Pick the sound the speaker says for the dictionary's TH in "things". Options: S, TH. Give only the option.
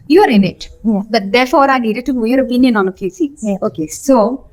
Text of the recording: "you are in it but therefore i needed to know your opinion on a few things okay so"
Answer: S